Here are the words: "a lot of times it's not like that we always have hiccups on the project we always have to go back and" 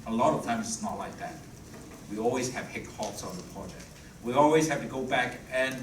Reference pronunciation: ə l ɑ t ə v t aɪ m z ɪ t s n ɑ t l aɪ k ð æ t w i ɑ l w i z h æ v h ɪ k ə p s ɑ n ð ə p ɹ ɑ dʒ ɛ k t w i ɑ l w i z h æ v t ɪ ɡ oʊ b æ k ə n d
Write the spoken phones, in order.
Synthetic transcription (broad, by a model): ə l ɑ t ə v t aɪ m z ɪ t s n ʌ t l aɪ k ð æ t w i ɑ l w i z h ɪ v h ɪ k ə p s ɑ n ð ə p ɹ ɑ dʒ ɛ k t w i ɑ l w i z h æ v t ɪ ɡ oʊ b æ k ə n